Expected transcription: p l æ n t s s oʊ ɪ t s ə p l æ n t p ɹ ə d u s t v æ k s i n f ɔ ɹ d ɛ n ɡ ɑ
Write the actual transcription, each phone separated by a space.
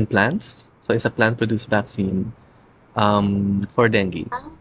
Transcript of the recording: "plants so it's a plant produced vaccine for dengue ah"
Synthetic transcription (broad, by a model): p l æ n t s s oʊ ɪ t s ə p l æ n t p ɹ ə d u s t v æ k s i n f ɔ ɹ d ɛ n ɡ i